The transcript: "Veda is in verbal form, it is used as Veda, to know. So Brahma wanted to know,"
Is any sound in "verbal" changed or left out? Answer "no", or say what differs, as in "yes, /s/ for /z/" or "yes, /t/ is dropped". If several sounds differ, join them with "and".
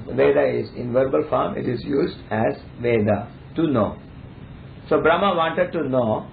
no